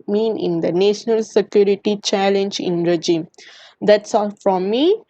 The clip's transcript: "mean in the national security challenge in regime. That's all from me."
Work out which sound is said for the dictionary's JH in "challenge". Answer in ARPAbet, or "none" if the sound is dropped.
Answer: JH